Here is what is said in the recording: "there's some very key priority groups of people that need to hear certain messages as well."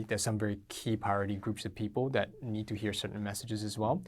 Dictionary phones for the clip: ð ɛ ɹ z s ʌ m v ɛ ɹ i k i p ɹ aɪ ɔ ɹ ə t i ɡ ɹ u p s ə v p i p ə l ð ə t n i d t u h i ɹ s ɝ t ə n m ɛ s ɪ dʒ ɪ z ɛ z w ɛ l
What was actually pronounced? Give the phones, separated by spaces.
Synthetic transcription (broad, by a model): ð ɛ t s ʌ m v ɛ ɹ i k i p aɪ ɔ ɹ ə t i ɡ ɹ u p s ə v p i p ə l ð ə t n i d t u h i ɹ s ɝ t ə n m ɛ s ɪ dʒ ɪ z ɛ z w ɛ l